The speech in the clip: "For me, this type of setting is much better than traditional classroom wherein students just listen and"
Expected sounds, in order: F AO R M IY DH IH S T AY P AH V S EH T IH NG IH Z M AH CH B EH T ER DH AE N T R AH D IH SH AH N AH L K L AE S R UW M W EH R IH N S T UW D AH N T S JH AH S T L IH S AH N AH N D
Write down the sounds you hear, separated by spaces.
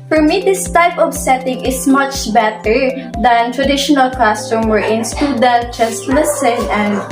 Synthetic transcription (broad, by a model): F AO R M IY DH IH S T AY P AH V S EH T IH NG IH S M AH CH B EH T ER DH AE N T R AH D IH SH AH N AH L K AO S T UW M W EH R IH N S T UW D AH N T JH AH S T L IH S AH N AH N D